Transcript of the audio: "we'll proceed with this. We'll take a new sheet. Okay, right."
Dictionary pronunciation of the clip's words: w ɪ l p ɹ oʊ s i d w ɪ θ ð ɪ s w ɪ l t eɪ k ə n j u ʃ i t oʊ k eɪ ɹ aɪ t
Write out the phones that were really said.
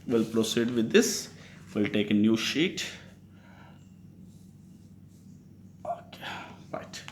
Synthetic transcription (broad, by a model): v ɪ l p ɹ oʊ s i d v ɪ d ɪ s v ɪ l t eɪ k ə n j u ʃ i t oʊ k eɪ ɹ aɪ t